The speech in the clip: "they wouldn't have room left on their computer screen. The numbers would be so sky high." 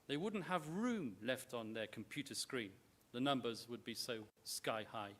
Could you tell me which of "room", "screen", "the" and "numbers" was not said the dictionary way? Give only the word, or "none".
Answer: none